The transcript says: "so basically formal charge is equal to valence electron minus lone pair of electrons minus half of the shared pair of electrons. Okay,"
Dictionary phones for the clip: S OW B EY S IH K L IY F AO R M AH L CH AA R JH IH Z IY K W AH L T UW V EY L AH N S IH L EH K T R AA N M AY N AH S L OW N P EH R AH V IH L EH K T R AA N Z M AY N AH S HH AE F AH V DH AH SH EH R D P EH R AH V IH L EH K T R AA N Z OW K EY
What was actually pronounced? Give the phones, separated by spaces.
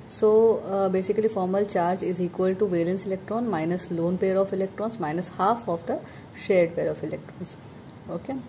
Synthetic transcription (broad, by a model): S OW B EY S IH K L IY F AO R M AH L CH AA R JH IH Z IY K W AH L T UW V EY L AH N S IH L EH K T R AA N M AY N AH S L OW N P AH R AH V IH L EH K T R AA N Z M AY N AH S HH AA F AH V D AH SH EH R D P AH R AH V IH L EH K T R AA N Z OW K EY